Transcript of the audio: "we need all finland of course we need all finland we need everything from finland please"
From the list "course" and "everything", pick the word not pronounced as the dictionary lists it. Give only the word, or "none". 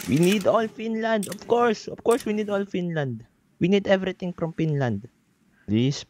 everything